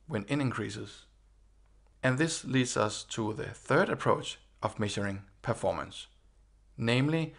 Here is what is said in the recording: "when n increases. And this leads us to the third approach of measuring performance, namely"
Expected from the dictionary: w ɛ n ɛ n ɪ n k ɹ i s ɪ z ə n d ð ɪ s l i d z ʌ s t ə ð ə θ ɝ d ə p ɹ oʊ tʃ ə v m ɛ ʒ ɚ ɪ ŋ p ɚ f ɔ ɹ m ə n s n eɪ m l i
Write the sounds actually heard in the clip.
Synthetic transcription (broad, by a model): w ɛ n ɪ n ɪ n k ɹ i s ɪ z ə n ð ɪ s l i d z ʌ s t ə ð ə θ ɝ d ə p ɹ oʊ tʃ ə v m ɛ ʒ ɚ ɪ ŋ p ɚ f ɔ m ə n s n eɪ m l i